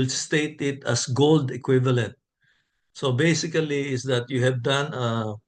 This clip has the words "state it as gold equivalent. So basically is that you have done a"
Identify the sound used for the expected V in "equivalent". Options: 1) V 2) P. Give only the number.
1